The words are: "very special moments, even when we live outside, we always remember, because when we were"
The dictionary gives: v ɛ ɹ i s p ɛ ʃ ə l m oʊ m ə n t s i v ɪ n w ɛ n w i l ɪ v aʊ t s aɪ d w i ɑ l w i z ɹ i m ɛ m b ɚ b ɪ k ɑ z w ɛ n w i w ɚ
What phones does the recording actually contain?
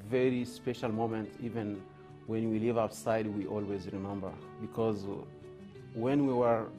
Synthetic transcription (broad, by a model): v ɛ ɹ i s p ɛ ʃ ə l m oʊ m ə n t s i v ɪ n w ɛ n w i l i v aʊ t s aɪ d w i ɑ l w i z ɹ i m ɛ m b ɚ b ɪ k ɑ z w ɛ n w i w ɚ